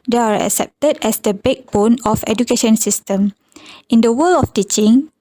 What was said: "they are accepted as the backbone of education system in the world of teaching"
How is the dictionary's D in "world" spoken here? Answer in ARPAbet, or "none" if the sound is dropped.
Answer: none